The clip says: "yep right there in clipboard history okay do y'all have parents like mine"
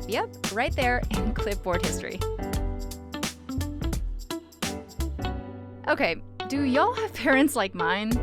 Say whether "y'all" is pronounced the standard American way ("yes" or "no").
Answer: yes